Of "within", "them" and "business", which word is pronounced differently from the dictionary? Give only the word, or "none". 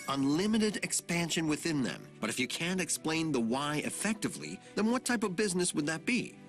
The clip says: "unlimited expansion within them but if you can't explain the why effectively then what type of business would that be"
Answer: none